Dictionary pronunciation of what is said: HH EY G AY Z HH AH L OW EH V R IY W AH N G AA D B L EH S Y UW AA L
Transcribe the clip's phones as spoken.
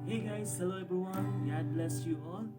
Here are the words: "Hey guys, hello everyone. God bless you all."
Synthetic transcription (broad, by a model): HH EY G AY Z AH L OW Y B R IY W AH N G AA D B L EH S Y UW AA